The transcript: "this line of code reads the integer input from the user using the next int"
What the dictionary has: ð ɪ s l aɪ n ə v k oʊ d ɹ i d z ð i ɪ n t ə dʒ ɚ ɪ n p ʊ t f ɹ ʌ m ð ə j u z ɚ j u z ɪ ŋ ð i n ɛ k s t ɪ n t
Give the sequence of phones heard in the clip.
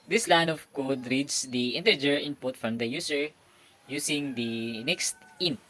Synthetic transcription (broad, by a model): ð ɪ s l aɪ n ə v k oʊ d ɹ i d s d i ɪ n t ə dʒ ɚ ɪ n p ʊ t f ɹ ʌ m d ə j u s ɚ j u s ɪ ŋ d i n ɛ k s t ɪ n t